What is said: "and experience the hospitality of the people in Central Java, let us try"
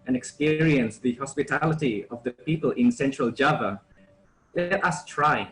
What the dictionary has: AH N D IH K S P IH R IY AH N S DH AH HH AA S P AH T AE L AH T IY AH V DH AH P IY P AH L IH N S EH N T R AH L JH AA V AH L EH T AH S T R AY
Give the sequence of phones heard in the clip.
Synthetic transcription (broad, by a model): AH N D IH K S P IH R IY AH N S DH AH HH AA S P AH T AE L AH T IY AH V DH AH P IY P AH L IH N S EH N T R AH L JH AA V AH L EH T AH S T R AY